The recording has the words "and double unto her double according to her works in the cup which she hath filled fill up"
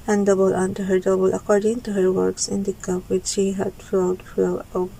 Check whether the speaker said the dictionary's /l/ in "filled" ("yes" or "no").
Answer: no